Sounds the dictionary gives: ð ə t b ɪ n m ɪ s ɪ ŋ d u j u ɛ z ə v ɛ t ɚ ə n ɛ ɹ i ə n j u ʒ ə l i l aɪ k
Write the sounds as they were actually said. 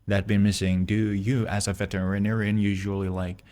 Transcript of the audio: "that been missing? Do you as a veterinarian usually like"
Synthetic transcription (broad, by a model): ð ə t b ɪ n m ɪ s ɪ ŋ d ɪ j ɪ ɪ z ə v ɛ t ɚ ə n ɛ ɹ i ə n j u ʒ ə l i l aɪ k